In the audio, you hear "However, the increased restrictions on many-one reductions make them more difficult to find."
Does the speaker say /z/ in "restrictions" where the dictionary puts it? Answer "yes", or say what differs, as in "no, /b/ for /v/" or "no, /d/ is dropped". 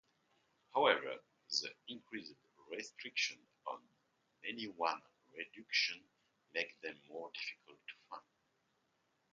no, /z/ is dropped